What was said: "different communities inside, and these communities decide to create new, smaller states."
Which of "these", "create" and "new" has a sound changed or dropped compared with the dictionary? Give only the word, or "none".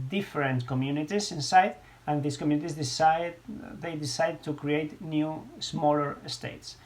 these